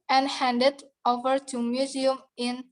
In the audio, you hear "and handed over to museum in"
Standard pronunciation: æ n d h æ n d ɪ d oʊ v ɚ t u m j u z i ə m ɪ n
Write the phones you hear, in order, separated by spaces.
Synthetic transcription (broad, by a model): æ n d h æ n d ɪ d oʊ v ɚ t u m j u z i ə m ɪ n